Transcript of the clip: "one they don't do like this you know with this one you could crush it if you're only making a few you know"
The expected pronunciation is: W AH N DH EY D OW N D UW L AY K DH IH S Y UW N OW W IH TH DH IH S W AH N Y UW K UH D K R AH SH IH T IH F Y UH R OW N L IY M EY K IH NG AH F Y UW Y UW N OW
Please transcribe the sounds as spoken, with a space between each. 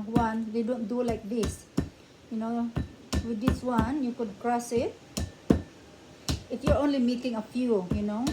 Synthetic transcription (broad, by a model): W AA N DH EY D OW N D UW L AY K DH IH S Y UW N OW W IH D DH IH S W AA N Y UW K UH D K R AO S IH T IH F Y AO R OW N L IY M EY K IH NG AH F Y UW Y UW N OW